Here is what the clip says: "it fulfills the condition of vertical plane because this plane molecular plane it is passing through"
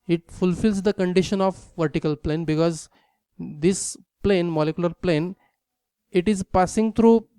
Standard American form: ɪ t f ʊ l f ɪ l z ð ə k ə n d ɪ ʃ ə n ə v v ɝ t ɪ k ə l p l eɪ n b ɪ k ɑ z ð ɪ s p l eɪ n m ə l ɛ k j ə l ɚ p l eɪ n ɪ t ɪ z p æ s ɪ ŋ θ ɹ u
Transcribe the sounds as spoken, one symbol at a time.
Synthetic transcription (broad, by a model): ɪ t f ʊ l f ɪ l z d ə k ə n d ɪ ʃ ə n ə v v ɝ t ɪ k ə l p l eɪ n b ɪ k ɑ z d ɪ s p l eɪ n m ə l ɛ k j ə l ɚ p l eɪ n ɪ t ɪ z p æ s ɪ ŋ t ɹ u